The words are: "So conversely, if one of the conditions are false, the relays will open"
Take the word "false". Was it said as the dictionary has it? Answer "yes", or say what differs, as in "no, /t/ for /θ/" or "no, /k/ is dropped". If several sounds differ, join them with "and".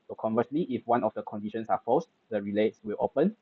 no, /l/ is dropped